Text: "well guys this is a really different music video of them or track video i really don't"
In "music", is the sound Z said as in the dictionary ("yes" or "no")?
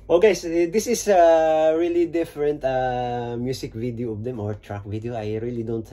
no